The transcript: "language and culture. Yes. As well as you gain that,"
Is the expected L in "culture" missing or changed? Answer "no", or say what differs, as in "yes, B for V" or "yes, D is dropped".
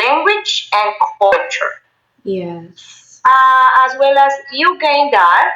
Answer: yes, L is dropped